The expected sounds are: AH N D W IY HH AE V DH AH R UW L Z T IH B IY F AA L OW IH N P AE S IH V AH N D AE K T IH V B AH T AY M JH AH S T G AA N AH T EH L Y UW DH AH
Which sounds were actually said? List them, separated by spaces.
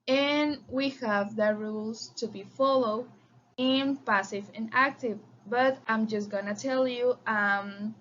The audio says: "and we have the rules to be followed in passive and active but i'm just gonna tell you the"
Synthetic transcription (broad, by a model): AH N W IY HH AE V DH AH R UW L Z T IH B IY F AA L OW IH N P AE S IH V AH N AE K T IH V B AH T AY M JH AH S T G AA N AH T EH L Y UW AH